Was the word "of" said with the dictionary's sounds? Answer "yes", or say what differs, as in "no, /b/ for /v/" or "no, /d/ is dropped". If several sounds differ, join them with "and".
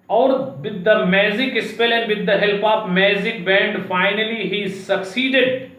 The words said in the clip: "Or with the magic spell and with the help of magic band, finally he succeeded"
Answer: no, /p/ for /v/